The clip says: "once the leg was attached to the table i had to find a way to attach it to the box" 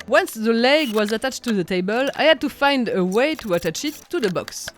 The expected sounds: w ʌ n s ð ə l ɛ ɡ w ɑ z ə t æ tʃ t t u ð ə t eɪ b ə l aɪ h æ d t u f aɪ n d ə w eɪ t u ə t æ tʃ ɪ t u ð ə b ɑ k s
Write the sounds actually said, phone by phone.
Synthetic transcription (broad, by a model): w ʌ n s ð ə l ɛ ɡ w ɑ z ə t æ tʃ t t u ð ə t eɪ b ə l aɪ h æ d t u f aɪ n d ə w eɪ t u ə t æ tʃ ɪ t u ð ə b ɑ k s